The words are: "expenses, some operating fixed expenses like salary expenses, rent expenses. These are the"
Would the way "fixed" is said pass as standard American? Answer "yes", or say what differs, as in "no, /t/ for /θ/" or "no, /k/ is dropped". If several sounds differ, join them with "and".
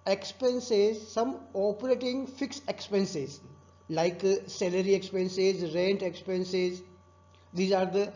no, /t/ is dropped